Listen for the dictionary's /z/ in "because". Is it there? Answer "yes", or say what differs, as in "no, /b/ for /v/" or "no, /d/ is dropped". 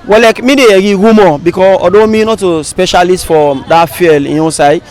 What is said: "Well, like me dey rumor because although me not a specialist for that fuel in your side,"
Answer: no, /z/ is dropped